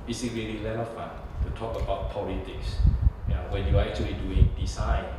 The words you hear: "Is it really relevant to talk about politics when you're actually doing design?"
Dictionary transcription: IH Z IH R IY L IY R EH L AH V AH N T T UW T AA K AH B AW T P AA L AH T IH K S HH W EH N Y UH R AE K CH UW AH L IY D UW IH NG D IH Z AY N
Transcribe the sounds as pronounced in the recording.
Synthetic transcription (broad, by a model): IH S IH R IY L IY L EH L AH F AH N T T UW T AA K AH B AW T P AA L AH T IH K S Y W EH N Y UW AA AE K CH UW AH L IY D UW IH NG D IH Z AY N